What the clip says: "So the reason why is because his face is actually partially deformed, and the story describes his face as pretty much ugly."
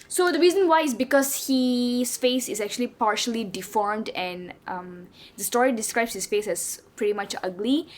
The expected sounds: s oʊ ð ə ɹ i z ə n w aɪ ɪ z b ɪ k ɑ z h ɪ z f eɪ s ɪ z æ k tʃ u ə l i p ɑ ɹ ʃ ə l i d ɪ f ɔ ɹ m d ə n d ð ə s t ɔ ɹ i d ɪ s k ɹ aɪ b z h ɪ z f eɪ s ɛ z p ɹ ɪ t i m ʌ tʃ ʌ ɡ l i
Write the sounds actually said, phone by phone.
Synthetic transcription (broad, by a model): s oʊ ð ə ɹ i z ə n w aɪ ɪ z b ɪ k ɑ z h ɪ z f eɪ s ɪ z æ k tʃ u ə l i p ɑ ɹ ʃ ə l i d ɪ f ɔ ɹ m d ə n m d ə s t ɔ ɹ i d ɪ s k ɹ aɪ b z h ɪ s f eɪ s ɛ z p ɹ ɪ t i m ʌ tʃ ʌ ɡ l i